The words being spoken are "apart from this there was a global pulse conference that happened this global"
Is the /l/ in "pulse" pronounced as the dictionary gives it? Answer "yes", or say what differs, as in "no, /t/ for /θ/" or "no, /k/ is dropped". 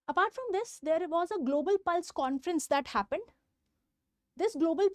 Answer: yes